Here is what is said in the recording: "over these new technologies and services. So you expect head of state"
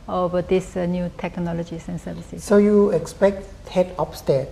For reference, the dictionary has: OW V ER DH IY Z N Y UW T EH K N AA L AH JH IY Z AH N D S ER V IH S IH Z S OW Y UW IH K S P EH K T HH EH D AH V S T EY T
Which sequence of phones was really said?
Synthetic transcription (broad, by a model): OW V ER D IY S N Y UW T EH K N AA L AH JH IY S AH N S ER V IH S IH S S OW Y UW IH K S P EH K T HH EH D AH P S T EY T